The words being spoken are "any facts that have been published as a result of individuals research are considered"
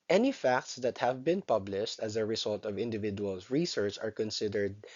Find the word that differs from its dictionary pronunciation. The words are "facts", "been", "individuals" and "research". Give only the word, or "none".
individuals